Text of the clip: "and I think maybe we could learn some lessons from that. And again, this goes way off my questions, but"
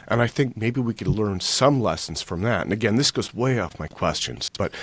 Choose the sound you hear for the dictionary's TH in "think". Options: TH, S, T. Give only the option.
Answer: TH